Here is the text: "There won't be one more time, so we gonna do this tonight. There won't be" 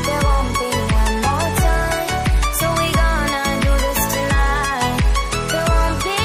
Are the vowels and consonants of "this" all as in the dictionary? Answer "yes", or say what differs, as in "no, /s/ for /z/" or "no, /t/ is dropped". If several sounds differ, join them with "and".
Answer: yes